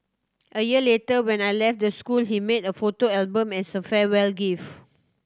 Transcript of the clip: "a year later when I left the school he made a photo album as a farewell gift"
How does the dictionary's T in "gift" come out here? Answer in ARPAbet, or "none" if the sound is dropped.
none